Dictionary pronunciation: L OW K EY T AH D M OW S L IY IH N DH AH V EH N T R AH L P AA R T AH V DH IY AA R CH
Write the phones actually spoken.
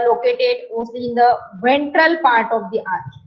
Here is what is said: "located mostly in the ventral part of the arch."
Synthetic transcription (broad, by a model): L OW K EY T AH D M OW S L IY IH N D AH V EH N T R AH L P AA R T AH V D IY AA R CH